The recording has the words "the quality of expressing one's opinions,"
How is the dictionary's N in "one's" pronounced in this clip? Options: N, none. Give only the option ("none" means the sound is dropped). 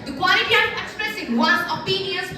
none